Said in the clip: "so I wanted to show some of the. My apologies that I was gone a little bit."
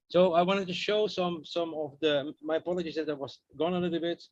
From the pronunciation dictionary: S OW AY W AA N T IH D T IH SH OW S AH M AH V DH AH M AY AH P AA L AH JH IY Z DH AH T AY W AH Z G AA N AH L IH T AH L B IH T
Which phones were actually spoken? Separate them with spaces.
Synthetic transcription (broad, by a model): S OW AY W AA N T IH D T IH SH OW S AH M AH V DH AH M AY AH P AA L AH JH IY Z DH AH T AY W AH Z G AA N AH L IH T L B IH T